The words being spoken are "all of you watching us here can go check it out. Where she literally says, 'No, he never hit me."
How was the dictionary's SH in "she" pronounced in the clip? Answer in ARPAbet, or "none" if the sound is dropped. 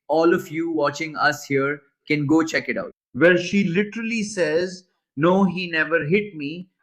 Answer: SH